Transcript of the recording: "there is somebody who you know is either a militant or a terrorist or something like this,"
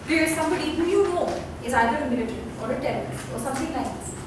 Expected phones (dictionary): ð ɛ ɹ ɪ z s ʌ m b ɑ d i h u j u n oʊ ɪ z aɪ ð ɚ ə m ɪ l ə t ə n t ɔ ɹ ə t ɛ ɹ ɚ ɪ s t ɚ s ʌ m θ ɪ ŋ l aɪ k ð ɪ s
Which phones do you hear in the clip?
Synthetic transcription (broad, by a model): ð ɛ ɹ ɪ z s ʌ m b ɑ d i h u j u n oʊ ɪ z aɪ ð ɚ ə m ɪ l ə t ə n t ɔ ɹ ə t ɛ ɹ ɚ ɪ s ɚ s ʌ m t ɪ ŋ n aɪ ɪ s